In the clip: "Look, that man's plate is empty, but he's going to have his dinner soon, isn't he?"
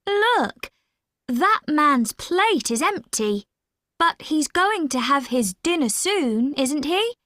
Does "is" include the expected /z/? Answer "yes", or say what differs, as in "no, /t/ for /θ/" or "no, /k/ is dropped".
yes